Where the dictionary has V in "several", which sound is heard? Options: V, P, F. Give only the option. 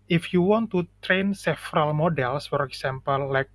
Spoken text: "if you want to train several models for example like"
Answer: F